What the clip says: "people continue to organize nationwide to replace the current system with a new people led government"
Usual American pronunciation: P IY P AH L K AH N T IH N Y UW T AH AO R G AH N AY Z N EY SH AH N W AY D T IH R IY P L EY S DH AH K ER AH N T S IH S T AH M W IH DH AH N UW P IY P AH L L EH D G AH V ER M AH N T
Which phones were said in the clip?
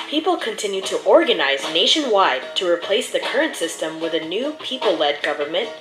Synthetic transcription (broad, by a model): P IY P L K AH N T IH N Y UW T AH AO R G AH N AY Z N EY SH AH N W AY D T IH R IY P L EY S DH AH K ER AH N T S IH S T AH M W IH DH AH N UW P IY P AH L L EH D G AH V ER M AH N T